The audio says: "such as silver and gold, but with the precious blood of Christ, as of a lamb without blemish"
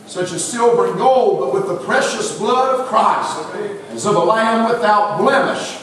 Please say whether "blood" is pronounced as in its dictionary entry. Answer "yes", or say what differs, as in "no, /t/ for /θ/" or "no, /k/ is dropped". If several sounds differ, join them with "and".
yes